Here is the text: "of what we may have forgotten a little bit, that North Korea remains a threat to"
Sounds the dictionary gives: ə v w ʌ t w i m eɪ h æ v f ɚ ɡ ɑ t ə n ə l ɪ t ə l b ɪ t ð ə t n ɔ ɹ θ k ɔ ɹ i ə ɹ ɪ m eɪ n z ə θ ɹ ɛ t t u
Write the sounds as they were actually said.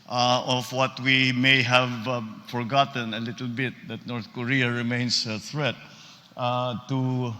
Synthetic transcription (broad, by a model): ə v w ʌ t w i m eɪ h æ v f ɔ ɡ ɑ t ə n ə l ɪ t ə l b ɪ t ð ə t n ɔ ɹ θ k ɔ ɹ i ə ɹ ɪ m eɪ n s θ ɹ ɛ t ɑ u